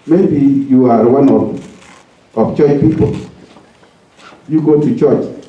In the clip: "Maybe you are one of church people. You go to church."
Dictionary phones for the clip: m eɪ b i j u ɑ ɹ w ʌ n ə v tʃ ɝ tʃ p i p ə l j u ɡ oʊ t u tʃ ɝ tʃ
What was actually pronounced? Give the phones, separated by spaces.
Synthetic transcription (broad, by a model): m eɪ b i j u ɑ ɹ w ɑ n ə p tʃ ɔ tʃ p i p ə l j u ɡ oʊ t u tʃ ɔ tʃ